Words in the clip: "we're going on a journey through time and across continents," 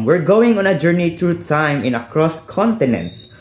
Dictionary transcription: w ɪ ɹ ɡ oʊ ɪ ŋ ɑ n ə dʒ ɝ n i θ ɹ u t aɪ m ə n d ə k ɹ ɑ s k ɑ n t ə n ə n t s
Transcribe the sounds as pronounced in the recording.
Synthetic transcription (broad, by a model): w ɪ ɹ ɡ oʊ ɪ ŋ ɑ n ə dʒ ɝ n i t ɹ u t aɪ m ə n ə k ɹ ɑ s k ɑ n t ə n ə n t s